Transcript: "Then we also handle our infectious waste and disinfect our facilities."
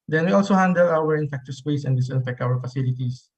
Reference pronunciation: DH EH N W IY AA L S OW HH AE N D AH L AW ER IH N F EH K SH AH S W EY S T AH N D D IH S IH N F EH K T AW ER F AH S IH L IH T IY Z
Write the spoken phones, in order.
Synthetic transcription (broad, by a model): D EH N W IY AA L S OW HH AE N D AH L AW ER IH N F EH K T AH S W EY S AH N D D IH S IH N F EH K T AW ER F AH S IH L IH T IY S